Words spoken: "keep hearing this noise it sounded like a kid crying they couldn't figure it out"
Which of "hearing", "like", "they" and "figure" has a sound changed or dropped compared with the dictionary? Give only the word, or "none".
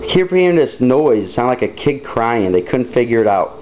hearing